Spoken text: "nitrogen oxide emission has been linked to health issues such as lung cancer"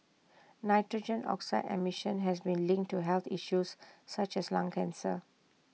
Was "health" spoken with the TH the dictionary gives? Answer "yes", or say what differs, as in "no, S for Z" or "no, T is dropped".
no, T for TH